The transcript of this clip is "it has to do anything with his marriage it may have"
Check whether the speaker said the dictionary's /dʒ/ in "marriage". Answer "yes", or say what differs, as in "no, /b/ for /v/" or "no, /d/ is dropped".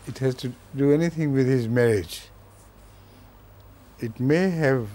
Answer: yes